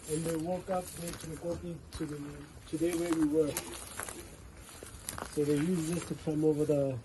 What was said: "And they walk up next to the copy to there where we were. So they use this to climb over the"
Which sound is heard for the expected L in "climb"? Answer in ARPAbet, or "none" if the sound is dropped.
none